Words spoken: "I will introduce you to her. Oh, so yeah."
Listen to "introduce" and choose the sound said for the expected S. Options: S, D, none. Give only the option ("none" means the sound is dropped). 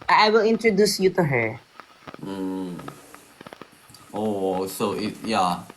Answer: S